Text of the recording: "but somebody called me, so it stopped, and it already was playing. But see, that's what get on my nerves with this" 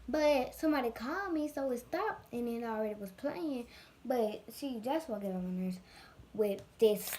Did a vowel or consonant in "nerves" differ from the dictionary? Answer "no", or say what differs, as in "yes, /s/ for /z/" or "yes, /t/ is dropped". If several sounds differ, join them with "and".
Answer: yes, /v/ is dropped